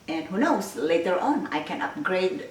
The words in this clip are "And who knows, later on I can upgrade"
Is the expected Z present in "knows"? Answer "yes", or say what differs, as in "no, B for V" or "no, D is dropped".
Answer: no, S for Z